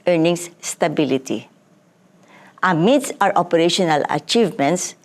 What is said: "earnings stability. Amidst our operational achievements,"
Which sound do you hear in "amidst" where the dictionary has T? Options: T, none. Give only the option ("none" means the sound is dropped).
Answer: none